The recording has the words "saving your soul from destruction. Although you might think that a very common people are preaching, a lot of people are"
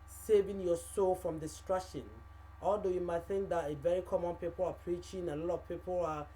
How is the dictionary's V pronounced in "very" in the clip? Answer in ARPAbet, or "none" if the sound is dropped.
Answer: V